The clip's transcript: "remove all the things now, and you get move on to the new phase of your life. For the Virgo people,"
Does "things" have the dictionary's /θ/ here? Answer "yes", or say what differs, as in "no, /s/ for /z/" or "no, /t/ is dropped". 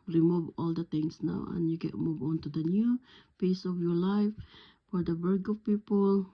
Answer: no, /t/ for /θ/